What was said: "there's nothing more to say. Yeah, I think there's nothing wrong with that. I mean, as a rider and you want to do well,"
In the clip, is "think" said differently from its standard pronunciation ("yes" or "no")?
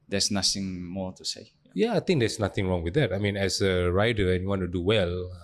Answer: yes